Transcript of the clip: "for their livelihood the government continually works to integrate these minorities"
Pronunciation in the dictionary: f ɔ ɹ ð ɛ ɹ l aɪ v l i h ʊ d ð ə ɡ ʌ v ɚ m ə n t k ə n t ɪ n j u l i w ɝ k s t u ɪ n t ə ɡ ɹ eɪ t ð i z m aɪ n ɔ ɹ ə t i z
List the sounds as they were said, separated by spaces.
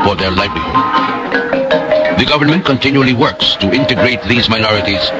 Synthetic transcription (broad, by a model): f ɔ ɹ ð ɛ ɹ l aɪ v l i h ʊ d ð ə ɡ ʌ v ɚ m ə n t k ə n t ɪ n j u l i w ɝ k s t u ɪ n t ə ɡ ɹ eɪ t ð i z m aɪ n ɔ ɹ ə t i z